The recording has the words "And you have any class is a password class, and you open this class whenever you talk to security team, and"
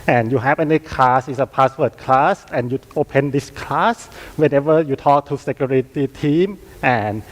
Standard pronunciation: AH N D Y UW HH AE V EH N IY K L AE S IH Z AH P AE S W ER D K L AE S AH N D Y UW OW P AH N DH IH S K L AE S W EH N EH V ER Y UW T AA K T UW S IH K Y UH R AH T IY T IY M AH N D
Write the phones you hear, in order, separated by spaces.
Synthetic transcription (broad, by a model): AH N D Y UW HH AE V EH N IY K L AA S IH S AH P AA S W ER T K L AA S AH N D Y UW OW P AH N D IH S K L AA S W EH N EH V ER Y UW T AA K T UW S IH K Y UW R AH T IY T IY M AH N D